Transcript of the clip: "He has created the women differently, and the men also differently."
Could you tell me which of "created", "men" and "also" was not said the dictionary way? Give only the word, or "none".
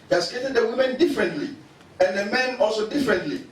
created